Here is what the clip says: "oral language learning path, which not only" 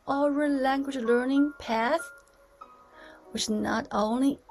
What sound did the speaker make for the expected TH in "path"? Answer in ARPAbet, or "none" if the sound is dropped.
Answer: TH